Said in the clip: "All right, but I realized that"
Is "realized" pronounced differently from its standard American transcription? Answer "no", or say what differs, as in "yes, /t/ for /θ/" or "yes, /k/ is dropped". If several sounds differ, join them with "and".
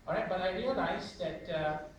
yes, /n/ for /l/